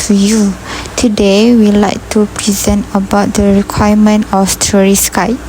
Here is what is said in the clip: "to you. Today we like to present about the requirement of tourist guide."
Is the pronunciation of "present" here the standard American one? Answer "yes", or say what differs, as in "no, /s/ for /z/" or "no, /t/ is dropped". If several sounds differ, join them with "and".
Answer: yes